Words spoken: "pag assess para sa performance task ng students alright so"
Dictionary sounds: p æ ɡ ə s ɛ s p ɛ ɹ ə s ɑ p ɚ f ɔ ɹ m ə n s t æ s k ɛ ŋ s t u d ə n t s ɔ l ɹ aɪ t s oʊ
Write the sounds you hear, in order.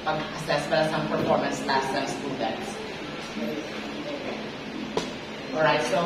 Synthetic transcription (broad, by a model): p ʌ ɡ ə s ɛ s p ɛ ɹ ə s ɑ p ɚ f ɔ ɹ m ə n s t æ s ɛ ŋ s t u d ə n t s ɔ l ɹ aɪ t s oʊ